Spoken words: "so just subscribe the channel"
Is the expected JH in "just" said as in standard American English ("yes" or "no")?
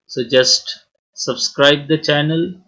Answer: yes